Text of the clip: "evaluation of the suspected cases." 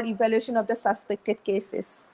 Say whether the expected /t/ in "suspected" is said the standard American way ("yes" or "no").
yes